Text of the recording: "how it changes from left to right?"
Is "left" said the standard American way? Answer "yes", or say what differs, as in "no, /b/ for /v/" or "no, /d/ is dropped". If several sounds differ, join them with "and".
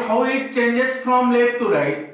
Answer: no, /f/ is dropped